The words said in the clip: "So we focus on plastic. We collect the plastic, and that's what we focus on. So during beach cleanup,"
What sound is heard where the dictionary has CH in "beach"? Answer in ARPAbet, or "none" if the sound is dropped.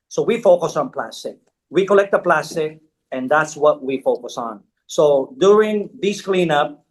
S